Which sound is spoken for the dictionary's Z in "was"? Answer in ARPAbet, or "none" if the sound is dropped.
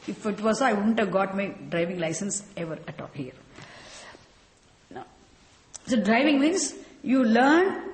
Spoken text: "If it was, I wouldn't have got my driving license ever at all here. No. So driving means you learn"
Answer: S